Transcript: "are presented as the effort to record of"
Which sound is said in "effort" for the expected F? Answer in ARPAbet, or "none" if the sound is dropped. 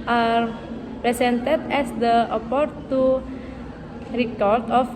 P